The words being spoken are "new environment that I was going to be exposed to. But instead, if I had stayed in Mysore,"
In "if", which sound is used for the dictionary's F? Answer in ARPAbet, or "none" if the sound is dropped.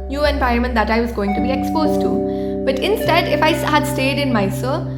F